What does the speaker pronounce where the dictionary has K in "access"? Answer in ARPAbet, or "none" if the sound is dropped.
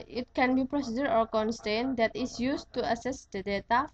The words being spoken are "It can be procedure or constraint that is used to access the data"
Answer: none